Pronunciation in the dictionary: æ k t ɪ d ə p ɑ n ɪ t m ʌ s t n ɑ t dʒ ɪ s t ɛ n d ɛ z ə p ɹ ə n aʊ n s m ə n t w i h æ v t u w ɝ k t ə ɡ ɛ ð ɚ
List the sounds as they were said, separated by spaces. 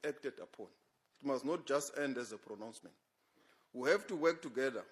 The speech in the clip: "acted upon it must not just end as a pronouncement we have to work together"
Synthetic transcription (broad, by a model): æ k t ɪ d ə p ɑ n ɪ t m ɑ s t n ɑ t dʒ ɪ s t ɛ n d ɛ z ə p ɹ ə n aʊ n s m ə n t w i h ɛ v t u w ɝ k t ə ɡ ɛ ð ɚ